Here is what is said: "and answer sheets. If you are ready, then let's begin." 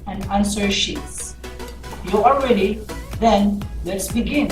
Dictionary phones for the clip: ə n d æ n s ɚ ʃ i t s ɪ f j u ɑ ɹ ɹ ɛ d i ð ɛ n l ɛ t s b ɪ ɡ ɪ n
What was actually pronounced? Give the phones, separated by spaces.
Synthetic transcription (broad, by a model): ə n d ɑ n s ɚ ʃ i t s j u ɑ l ɹ ɛ d i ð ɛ n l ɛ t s b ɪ ɡ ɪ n